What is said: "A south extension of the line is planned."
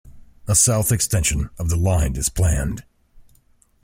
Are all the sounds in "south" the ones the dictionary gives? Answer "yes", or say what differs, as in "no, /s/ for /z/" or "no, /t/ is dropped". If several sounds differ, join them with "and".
yes